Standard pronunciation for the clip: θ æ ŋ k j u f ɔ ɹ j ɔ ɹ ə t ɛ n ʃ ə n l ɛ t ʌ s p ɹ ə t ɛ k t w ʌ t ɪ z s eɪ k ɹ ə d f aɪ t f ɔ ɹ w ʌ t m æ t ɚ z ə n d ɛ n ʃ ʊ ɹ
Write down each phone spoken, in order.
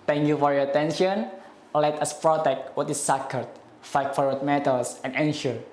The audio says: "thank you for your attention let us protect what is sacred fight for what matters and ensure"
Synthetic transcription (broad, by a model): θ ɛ ŋ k j u f ɔ ɹ j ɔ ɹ ə t ɛ n ʃ ə n l ɛ t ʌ s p ɹ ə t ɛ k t w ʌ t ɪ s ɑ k ə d f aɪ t f ɔ ɹ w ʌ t m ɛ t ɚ s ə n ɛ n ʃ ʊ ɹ